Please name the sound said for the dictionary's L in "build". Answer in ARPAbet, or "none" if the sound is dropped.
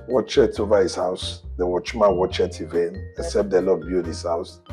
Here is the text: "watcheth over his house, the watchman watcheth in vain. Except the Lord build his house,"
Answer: none